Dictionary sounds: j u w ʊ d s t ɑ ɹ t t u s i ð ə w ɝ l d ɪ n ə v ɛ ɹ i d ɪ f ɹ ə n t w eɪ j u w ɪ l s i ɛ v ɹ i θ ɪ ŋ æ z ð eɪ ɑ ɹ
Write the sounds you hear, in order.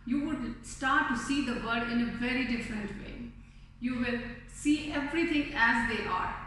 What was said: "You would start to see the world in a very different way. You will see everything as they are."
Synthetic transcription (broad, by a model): j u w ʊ d s t ɑ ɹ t t u s i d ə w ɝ d ɪ n ə v ɛ ɹ i d ɪ f ɹ ə n t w eɪ j u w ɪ l s i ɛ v ɹ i t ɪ ŋ æ z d eɪ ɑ ɹ